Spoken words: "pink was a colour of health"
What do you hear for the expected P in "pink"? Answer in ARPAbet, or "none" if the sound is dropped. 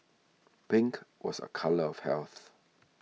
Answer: B